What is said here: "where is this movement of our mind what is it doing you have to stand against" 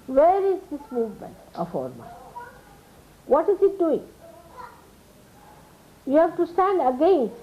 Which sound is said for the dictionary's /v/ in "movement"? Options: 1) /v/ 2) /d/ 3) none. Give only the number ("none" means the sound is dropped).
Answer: 1